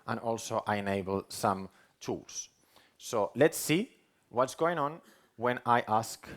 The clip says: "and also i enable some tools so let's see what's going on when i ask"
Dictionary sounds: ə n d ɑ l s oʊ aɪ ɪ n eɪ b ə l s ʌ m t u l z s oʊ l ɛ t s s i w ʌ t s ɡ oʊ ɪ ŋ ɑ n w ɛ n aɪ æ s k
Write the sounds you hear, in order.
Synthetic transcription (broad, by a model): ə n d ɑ l s oʊ aɪ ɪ n eɪ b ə l s ʌ m t u l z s oʊ l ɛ t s s i w ʌ t s ɡ oʊ ɪ ŋ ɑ n w ɛ n aɪ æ s k